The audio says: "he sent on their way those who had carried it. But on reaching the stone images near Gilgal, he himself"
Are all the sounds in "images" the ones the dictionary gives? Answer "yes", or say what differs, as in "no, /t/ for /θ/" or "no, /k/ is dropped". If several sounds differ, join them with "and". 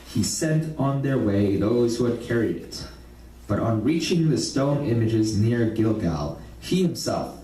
yes